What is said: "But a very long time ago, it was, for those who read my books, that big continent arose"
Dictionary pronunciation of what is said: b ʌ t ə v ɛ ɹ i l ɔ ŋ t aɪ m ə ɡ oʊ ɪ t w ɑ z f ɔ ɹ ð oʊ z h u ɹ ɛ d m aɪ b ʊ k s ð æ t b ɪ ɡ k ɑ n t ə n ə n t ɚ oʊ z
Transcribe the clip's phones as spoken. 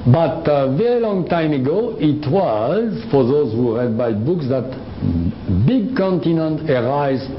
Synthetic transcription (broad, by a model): b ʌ t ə v ɛ ɹ i l ɔ ŋ t aɪ m ə ɡ oʊ ɪ t w ɑ z f ɔ ɹ ð oʊ z h u ɹ ɛ d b aɪ b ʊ k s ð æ t b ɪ ɡ k ɑ n t ə n ə n t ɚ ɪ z